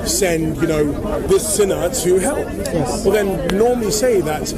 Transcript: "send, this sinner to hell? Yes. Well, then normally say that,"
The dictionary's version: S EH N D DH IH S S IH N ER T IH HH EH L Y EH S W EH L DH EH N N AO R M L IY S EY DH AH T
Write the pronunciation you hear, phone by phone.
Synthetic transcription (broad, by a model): S EH N D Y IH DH S IH N ER T IH HH EH L Y EH S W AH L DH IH N N AO R M L IY S EY DH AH T